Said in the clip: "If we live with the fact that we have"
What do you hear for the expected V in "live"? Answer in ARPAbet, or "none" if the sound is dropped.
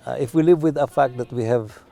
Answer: V